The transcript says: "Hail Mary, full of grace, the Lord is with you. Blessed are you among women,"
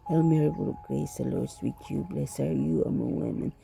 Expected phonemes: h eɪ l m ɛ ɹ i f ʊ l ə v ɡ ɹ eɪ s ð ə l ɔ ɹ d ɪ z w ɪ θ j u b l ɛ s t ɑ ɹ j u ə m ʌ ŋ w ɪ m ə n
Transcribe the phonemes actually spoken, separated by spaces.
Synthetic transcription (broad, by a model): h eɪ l m ɛ ɹ i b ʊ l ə ɡ ɹ eɪ s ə l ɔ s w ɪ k j u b l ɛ s ɑ ɹ j u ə m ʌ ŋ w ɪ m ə n